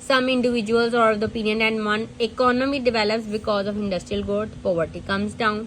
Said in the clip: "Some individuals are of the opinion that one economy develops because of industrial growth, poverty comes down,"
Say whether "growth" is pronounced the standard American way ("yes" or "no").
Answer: no